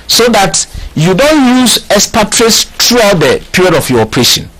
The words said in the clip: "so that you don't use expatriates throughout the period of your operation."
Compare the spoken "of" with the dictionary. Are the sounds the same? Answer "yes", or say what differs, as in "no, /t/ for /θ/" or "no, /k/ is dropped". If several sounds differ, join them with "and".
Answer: no, /f/ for /v/